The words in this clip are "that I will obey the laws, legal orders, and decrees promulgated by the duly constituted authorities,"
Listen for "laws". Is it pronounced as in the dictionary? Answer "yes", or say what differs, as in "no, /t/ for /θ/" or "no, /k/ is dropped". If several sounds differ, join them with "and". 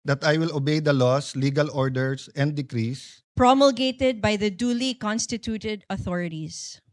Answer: no, /s/ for /z/